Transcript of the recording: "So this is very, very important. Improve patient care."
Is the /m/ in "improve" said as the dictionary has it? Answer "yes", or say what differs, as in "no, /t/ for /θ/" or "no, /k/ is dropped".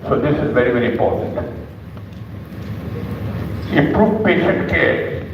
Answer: no, /m/ is dropped